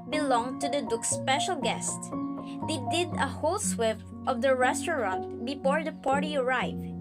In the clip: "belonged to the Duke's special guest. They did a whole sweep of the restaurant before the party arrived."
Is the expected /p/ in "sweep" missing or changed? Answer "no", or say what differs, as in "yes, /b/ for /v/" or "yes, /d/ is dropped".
yes, /f/ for /p/